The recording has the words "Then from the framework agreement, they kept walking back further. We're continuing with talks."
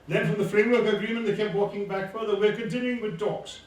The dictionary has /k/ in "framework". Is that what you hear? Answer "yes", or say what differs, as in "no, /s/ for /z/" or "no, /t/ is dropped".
yes